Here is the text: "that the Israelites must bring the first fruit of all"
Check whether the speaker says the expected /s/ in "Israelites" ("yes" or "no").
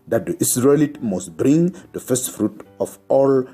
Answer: no